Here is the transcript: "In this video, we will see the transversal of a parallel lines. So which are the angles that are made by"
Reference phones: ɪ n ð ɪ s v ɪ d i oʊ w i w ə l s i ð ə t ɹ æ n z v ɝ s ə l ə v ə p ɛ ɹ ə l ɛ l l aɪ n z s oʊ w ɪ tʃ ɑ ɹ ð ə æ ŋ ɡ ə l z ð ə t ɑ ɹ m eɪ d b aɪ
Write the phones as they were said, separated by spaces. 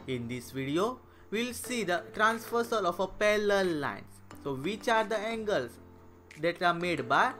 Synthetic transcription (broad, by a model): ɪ n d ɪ s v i d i oʊ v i l s i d ə t ɹ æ n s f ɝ s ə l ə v ə p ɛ l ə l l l aɪ n s oʊ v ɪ tʃ ɑ ɹ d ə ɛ ŋ ɡ ə l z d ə t ɑ ɹ m eɪ d b aɪ